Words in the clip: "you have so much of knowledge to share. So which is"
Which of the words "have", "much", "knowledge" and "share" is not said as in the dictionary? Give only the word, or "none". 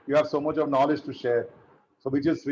none